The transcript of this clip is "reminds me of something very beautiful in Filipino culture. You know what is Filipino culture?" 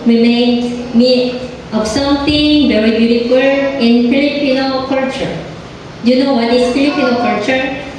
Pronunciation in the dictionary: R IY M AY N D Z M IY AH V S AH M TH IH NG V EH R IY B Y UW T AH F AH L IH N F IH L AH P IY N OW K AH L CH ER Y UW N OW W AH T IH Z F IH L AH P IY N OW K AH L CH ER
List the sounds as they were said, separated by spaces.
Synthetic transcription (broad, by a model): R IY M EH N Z M IY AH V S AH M T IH NG V EH R IY B Y UW T AH F AH L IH N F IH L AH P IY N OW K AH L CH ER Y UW N OW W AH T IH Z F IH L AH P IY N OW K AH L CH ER